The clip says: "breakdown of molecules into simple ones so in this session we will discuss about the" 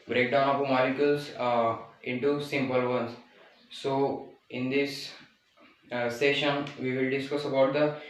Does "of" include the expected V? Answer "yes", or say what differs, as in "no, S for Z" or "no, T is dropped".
no, P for V